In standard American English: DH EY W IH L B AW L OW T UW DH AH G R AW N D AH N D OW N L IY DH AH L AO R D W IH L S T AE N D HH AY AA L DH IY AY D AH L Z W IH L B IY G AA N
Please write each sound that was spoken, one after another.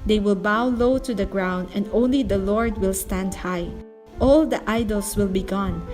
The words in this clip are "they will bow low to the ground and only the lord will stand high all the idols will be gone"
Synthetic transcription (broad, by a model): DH EY W IH L B AW L OW T UW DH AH G R AW N D AH N D OW N L IY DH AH L AO R D W IH L S T AE N D HH AY AA L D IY AY D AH L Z W IH L B IY G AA N